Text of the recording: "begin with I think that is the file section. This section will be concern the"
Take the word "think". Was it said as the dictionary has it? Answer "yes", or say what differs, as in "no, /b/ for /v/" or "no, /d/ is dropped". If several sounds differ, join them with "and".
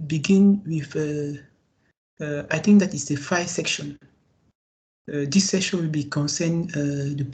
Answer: no, /t/ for /θ/